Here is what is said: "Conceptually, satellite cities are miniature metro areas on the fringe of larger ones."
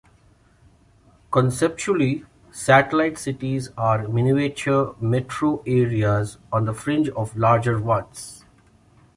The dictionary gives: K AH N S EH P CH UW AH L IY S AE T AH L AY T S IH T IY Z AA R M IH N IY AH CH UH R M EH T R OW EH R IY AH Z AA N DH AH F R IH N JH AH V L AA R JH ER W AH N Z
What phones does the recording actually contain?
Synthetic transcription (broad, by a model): K AH N S EH P CH UW AH L IY S AE T AH L AY T S IH T IY Z AA R M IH N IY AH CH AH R M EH T R OW EH R IY AH Z AA N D AH F R IH N JH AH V L AA R JH ER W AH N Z